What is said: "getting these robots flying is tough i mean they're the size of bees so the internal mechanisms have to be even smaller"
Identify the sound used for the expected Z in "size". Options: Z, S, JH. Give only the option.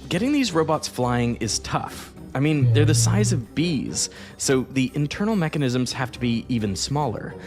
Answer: Z